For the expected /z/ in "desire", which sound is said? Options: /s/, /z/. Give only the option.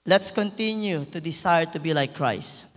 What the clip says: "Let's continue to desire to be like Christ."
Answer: /s/